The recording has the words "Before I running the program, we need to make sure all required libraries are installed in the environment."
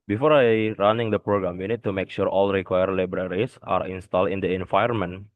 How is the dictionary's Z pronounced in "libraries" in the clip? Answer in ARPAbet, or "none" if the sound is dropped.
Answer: S